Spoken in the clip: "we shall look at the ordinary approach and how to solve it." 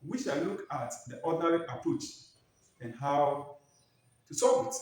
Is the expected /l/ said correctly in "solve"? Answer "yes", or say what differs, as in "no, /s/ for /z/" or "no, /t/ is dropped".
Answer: no, /l/ is dropped